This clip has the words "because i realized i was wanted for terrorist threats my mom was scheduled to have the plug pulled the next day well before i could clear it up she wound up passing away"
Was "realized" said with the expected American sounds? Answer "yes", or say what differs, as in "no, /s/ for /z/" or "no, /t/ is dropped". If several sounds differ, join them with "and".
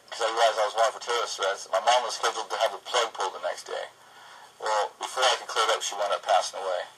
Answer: no, /d/ is dropped